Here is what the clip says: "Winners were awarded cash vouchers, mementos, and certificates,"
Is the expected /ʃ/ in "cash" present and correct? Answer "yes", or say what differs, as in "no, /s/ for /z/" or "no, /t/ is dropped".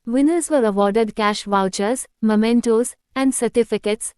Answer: yes